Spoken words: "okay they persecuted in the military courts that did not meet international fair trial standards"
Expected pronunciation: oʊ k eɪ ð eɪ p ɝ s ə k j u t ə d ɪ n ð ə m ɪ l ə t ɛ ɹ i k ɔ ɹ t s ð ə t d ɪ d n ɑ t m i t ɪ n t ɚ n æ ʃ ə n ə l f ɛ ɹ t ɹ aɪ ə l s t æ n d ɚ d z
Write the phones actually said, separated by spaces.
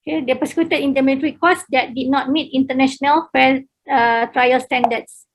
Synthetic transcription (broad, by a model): k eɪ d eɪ p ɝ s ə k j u t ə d ɪ n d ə m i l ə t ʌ ɹ i k ɔ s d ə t d ɪ d n ɑ t m i t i n t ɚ n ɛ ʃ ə n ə l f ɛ l t ɹ aɪ ə l s t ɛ n d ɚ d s